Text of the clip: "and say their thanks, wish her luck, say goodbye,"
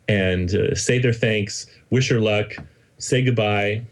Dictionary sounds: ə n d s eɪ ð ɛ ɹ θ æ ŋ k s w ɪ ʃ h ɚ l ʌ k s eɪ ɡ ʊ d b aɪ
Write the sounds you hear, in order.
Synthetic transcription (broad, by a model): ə n s eɪ ð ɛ ɹ θ æ ŋ k s w ɪ ʃ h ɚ l ʌ k s eɪ ɡ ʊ d b aɪ